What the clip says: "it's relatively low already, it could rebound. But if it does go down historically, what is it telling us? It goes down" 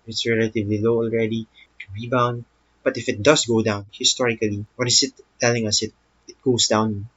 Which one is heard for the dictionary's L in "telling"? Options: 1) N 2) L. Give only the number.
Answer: 2